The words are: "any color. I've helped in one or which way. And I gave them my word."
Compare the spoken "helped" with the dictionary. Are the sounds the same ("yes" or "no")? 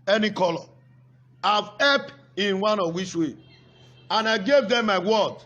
no